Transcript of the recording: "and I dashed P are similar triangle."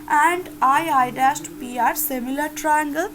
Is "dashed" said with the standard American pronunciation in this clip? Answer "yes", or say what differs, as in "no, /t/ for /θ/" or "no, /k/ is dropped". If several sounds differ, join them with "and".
no, /s/ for /ʃ/